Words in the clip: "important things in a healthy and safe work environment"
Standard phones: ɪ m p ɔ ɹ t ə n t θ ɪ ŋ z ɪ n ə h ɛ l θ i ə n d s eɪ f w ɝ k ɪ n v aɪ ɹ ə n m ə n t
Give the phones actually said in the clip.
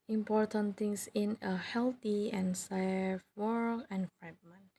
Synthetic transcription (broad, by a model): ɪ m p ɔ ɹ t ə n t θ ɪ ŋ s ɪ n ə h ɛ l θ i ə n s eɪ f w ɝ ɪ n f ɹ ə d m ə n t